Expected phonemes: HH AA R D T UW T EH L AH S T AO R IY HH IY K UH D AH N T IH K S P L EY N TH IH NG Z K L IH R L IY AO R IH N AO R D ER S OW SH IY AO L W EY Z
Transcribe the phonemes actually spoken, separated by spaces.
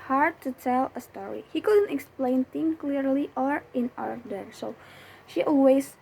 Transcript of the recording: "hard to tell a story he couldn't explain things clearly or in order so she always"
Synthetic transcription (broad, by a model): HH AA R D T UW T EH L AH S T AO R IY HH IY K UH D AH N T IH K S P L EY N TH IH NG K L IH R L IY AO R IH N AO R D ER S OW SH IY AO L W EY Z